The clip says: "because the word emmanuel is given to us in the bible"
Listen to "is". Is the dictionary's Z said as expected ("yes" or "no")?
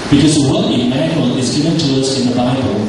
yes